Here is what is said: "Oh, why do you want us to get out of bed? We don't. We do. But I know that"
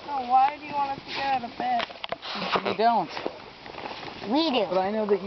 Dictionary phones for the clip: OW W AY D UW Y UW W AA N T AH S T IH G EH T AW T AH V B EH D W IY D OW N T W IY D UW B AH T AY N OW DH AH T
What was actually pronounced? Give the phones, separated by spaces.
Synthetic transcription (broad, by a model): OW W AY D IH Y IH W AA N AH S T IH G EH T AW T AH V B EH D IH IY D OW N T W IY D UW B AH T AY N OW DH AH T